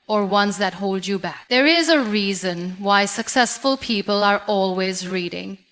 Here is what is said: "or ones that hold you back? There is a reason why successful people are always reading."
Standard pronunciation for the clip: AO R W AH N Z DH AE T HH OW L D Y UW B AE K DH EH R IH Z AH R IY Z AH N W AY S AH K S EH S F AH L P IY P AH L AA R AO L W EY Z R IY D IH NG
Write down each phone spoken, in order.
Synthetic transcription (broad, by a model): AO R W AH N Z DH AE T HH OW L D Y UW B AE K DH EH R IH Z AH R IY Z AH N W AY S AH K S EH S F AH L P IY P AH L AA R AO L W EY Z R IY D IH NG